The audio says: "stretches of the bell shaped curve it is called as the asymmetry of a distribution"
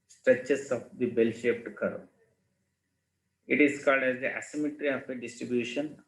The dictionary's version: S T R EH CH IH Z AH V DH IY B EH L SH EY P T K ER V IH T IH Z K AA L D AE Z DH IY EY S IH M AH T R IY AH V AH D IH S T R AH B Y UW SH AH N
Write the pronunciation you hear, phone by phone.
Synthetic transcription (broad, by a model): S T R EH CH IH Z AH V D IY B EH L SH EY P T K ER IH T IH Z K AA L D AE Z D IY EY S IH M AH T R IY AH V AH D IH S T R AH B Y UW SH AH N